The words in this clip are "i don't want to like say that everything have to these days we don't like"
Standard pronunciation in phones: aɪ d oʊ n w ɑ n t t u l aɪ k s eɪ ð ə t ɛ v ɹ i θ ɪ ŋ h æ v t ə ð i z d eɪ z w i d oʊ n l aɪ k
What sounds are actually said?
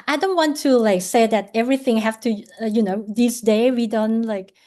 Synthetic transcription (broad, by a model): aɪ d oʊ n w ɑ n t t u l aɪ k s eɪ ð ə t ɛ v ɹ i θ ɪ ŋ h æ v t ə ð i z d eɪ w i d oʊ n l aɪ k